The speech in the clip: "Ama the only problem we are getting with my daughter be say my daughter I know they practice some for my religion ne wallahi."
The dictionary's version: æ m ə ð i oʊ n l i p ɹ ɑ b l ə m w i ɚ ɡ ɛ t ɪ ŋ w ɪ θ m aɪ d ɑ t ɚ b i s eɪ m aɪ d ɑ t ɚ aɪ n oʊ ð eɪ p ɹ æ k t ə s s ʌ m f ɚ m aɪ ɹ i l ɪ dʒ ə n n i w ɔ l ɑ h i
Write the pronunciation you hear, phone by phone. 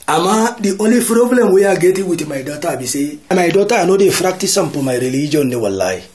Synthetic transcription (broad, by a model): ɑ m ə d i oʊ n l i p ɹ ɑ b l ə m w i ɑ ɡ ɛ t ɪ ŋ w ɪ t m aɪ d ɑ t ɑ b i s eɪ m aɪ d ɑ t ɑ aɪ n oʊ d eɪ f ɹ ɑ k t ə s s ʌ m p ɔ m aɪ ɹ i l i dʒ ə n n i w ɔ l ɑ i